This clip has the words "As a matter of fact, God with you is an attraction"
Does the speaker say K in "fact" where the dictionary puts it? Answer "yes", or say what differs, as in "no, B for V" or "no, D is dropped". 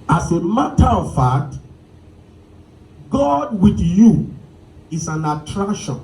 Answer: no, K is dropped